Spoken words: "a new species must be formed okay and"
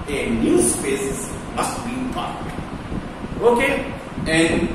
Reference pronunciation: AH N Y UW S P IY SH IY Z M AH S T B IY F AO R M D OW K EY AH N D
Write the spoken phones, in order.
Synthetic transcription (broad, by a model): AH N Y UW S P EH S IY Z M AH S T B IY P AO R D OW K EY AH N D